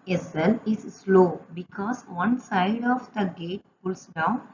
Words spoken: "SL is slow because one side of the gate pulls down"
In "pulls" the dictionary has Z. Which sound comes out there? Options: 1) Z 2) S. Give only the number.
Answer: 2